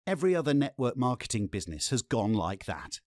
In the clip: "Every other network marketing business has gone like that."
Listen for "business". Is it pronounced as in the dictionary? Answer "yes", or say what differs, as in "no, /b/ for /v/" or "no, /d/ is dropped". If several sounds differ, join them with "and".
yes